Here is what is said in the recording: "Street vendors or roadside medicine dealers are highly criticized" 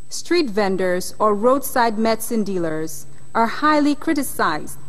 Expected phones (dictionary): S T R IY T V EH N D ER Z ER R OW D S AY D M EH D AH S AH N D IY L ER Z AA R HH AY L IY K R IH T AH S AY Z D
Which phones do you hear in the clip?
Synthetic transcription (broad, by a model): S T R IY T V EH N D ER Z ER R OW D S AY D M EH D S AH N D IY L ER Z AA R HH AY L IY K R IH T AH S AY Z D